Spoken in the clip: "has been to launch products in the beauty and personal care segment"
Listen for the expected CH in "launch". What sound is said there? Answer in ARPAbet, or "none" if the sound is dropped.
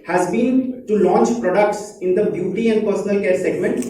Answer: CH